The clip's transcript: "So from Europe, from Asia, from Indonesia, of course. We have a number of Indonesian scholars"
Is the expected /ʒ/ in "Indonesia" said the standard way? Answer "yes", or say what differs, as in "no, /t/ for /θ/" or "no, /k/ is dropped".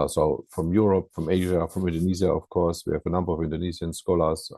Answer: no, /z/ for /ʒ/